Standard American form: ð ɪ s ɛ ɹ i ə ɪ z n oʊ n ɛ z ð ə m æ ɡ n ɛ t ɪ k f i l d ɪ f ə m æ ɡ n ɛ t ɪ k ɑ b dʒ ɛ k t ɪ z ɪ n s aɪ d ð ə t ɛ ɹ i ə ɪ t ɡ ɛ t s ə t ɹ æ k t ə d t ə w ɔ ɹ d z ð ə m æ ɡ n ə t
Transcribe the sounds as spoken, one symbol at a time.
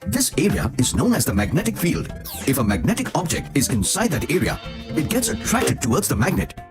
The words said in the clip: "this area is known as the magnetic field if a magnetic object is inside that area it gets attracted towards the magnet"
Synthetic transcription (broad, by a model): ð ɪ s ɛ ɹ i ə ɪ z n oʊ n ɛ z ð ə m æ ɡ n ɛ t ɪ k f i l d ɪ f ə m æ ɡ n ɛ t ɪ k ɑ b dʒ ɛ k t ɪ z ɪ n s aɪ d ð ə t ɛ ɹ i ə ɪ t ɡ ɛ t s ə t ɹ æ k t ə d t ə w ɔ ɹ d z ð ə m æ ɡ n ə t